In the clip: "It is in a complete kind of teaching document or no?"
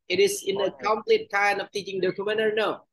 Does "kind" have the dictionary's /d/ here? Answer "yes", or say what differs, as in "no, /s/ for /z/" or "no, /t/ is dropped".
no, /d/ is dropped